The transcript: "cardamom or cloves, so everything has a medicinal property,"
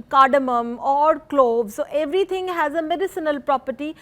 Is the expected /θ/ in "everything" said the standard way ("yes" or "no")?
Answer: no